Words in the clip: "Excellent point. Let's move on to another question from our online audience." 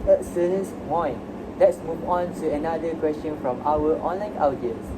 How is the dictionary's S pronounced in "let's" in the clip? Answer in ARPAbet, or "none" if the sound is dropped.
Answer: S